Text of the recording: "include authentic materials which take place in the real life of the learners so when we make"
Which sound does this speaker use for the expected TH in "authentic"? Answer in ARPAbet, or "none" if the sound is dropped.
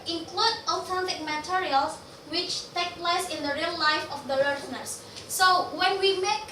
T